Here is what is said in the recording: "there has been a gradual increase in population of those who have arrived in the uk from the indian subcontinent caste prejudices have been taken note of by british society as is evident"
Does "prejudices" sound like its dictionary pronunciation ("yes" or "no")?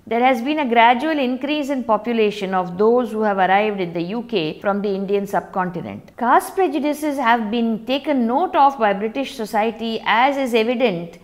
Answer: yes